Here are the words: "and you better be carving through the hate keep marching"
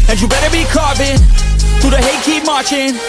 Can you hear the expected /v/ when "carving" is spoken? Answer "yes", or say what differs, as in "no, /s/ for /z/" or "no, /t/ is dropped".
no, /b/ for /v/